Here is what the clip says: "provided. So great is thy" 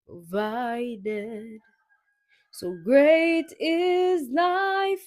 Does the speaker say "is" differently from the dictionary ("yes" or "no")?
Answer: no